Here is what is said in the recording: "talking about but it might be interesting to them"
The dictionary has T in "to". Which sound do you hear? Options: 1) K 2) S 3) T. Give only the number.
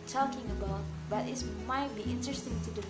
3